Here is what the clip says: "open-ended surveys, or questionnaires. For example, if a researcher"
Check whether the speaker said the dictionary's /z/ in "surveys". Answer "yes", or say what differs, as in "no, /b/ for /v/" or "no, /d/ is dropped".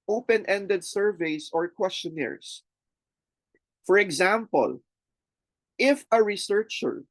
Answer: no, /s/ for /z/